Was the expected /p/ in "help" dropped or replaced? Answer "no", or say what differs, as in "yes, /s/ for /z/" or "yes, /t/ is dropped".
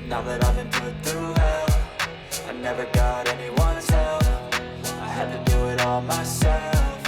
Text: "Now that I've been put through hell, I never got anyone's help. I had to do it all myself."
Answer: yes, /f/ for /p/